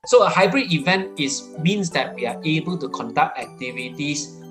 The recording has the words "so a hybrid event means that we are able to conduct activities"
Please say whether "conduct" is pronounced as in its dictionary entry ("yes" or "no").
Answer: yes